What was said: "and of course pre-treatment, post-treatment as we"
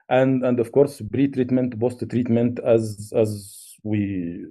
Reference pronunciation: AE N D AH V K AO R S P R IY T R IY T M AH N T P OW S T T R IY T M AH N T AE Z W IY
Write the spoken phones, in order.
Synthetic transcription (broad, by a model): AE N D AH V K AO R S B R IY T R IY T M AH N T B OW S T T R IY T M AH N T AE Z W IY